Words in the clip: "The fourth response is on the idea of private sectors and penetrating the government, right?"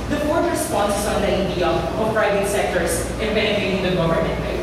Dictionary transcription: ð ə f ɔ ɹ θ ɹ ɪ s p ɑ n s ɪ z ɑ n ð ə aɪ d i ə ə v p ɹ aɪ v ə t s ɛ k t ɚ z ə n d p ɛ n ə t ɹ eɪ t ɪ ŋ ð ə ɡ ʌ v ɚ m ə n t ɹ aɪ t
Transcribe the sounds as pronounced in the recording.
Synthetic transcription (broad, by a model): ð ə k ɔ ɹ t ɹ ɪ s p ɑ n s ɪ s ɑ n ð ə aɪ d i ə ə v p ɹ aɪ v ə t s ɛ k t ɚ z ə n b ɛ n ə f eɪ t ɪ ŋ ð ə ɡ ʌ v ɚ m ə n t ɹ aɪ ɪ